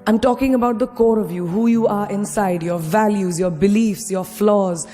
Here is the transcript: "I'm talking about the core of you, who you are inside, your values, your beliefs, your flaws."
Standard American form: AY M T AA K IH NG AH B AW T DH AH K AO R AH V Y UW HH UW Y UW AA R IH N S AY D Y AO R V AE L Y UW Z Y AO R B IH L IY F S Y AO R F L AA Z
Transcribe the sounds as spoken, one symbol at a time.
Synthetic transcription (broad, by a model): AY M T AA K IH NG AH B AW T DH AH K AO R AH V Y UW HH UW Y UW AA R IH N S AY D Y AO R V AE L Y UW Z Y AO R B IH L IY F S Y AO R F L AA Z